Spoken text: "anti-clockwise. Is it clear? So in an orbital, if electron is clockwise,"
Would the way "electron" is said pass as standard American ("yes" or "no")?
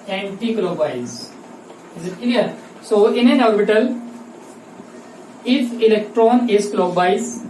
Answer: yes